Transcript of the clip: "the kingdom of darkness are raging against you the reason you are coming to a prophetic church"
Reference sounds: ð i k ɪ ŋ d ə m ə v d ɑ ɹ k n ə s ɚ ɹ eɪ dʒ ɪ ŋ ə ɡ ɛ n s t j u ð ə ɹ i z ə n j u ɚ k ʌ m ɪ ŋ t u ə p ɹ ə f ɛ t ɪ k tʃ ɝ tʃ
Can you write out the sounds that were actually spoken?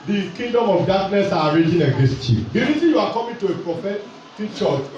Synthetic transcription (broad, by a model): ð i k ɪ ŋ d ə m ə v d ɑ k n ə s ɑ ɹ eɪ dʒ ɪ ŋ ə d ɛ s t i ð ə ɹ i z ə n j u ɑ k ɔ m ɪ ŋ t u ə p ɹ ə f ɛ t ɪ k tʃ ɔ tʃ